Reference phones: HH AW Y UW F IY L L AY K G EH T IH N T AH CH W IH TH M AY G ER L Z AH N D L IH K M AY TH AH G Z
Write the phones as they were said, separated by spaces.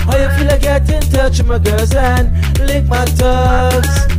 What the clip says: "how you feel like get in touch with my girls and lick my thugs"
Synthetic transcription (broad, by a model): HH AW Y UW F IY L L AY G EH T IH N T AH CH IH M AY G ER Z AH N L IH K M AY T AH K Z